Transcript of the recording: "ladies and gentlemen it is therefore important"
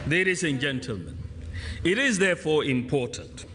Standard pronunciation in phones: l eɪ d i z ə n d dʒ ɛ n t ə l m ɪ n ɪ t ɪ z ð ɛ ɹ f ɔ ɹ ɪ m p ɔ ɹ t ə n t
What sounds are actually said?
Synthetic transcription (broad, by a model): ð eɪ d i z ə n dʒ ɛ n t ə l m ɪ n ɪ t ɪ z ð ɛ f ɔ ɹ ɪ m p ɔ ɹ t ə n t